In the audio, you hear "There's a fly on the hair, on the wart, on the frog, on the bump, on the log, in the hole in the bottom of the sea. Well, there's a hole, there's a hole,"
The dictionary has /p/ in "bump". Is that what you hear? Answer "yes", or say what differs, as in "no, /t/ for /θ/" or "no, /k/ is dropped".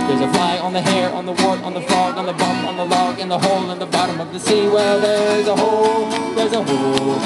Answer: no, /p/ is dropped